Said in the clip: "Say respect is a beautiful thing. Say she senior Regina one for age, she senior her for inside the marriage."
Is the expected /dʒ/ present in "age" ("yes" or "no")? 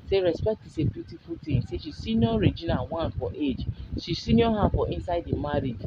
yes